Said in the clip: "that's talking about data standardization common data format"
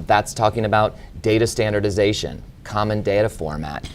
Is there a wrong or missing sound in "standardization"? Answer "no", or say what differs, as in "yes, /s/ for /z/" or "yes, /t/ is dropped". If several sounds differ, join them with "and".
no